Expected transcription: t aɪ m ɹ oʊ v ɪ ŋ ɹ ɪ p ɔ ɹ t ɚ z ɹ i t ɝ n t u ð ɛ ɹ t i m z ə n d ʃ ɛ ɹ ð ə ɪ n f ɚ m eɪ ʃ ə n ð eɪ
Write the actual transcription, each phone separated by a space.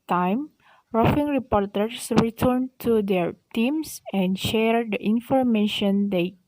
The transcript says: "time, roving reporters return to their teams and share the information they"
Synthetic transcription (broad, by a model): t aɪ m ɹ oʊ f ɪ ŋ ɹ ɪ p ɔ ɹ t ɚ s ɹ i t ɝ n t u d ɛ ɹ t i m s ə n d ʃ ɛ ɹ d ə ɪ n f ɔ m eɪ ʃ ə n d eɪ